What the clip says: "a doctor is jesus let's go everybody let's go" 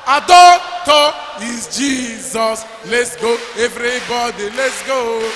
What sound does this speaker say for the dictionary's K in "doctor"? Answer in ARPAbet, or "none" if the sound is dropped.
none